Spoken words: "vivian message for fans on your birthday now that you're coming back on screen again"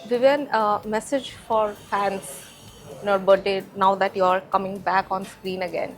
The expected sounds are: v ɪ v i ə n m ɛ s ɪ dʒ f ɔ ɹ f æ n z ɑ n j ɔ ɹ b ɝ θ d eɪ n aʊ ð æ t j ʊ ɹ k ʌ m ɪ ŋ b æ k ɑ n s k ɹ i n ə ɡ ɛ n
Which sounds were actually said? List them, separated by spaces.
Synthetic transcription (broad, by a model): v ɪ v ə n m ɛ s ɪ dʒ f ɔ ɹ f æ n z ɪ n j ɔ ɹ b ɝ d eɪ n aʊ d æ t j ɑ ɹ k ʌ m ɪ ŋ b æ k ɑ n s k ɹ i n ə ɡ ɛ n